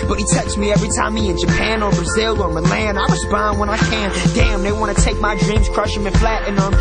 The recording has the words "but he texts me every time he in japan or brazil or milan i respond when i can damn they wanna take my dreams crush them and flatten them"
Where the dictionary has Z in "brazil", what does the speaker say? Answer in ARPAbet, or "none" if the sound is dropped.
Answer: Z